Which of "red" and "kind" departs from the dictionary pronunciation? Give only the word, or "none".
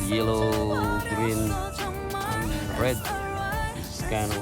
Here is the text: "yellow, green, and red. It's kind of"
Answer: kind